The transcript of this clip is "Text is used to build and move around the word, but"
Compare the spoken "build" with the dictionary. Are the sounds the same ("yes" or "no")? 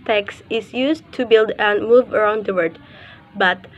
yes